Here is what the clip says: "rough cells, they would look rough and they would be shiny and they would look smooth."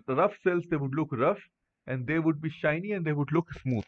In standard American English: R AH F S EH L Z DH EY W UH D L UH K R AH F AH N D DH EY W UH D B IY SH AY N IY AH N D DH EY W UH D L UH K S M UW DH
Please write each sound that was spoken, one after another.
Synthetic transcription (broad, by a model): R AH F S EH L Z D EY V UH D L UH K R AH F AH N D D EY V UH D B IY SH AY N IY AH N D EY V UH D L UH K S M UW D